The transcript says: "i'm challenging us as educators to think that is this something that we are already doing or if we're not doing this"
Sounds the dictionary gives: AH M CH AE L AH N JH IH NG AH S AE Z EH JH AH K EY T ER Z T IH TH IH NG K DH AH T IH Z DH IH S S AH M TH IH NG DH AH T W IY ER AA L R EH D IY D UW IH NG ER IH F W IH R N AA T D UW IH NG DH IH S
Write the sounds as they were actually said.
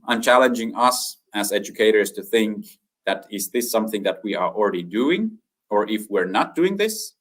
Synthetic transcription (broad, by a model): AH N CH AE L AH N JH IH NG AH S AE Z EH JH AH K EY T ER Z T IH TH IH NG K DH AH T IH Z DH IH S S AH M TH IH NG DH AH T W IY ER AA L R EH D IY D UW IH NG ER IH F W IH R N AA T D UW IH NG DH IH S